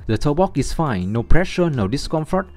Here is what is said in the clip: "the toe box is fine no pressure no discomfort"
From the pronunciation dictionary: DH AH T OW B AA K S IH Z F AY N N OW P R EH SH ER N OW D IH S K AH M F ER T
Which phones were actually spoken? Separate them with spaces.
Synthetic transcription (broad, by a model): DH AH T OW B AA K IH S F AY N N OW P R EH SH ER N OW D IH S K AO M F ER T